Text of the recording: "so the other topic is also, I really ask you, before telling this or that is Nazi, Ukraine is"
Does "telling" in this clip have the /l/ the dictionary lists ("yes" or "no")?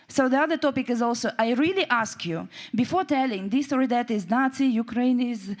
yes